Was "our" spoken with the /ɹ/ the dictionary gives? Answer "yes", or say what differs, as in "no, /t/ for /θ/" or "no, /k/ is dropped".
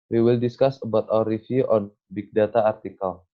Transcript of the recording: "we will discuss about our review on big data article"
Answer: no, /w/ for /ɹ/